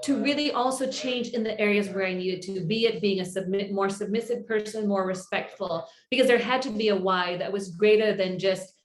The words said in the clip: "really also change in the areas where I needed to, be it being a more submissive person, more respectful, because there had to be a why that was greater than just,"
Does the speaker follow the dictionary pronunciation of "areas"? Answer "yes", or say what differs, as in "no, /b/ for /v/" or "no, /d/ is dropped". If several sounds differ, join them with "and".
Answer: yes